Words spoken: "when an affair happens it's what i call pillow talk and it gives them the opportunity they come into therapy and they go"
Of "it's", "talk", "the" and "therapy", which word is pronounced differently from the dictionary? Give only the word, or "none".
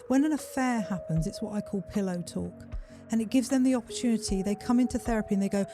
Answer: none